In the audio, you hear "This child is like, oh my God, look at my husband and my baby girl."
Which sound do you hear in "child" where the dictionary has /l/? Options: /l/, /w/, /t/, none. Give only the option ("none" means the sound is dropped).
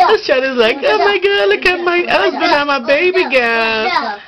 none